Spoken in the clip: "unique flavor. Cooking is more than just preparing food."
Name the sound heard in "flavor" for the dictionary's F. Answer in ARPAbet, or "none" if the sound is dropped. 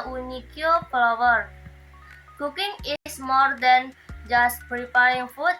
P